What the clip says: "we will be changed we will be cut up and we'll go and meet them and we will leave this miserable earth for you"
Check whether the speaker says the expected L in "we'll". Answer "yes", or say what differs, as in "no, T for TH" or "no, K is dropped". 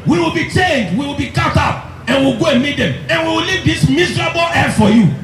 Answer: yes